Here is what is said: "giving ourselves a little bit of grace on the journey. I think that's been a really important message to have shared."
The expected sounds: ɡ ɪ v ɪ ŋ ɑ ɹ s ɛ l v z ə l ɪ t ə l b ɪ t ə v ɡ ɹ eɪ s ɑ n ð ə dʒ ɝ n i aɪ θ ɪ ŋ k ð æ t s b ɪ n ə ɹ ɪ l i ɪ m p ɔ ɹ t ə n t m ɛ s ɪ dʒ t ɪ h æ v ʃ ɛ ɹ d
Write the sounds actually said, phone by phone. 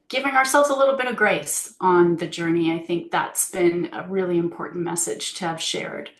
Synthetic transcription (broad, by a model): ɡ ɪ v ɪ ŋ ɑ ɹ s ɛ l v z ə l ɪ t l b ɪ t ə v ɡ ɹ eɪ s n ð ə dʒ ɝ n i aɪ θ ɪ ŋ k ð æ t s b ɪ n ə ɹ ɪ l i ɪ m p ɔ ɹ t n m ɛ s ɪ dʒ t ɪ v ʃ ɛ ɹ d